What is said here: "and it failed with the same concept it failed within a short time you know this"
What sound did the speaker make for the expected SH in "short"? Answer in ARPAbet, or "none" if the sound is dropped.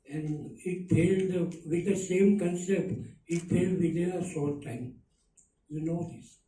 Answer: S